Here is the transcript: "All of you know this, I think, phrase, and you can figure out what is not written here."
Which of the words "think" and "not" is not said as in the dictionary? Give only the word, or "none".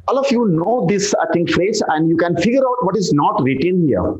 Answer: think